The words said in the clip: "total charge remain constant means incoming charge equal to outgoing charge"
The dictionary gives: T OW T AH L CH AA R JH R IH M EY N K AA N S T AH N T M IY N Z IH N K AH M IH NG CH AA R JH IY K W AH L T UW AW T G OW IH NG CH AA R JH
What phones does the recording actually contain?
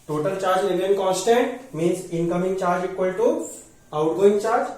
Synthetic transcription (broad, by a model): T OW T AH L CH AA R JH L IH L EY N K AA N S T AH N T M IY N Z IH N K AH M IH NG CH AA R JH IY K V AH L T UW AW T G OW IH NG CH AA R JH